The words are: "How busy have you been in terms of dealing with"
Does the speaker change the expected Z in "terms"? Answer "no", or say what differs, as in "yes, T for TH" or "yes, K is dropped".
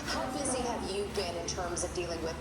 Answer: no